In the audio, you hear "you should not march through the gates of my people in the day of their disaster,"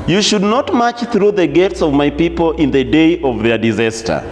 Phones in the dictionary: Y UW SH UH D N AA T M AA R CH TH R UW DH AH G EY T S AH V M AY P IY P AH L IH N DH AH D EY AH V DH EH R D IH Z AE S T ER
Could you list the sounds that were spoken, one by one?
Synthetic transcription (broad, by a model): Y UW SH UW D N AA T M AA CH TH R UW DH AH G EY T S AH V M AY P IY P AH L IH N DH AH D EY AH V DH EH R D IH Z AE S T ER